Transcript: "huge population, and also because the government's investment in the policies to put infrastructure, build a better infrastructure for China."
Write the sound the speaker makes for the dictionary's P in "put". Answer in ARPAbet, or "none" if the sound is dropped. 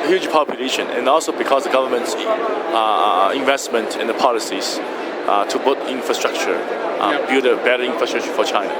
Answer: B